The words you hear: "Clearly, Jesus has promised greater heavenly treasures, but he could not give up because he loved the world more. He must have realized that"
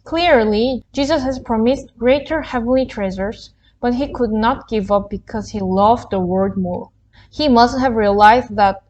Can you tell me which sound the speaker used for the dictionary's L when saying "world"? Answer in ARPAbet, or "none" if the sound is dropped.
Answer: none